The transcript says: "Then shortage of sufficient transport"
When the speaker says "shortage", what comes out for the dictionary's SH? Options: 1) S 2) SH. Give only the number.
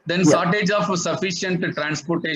1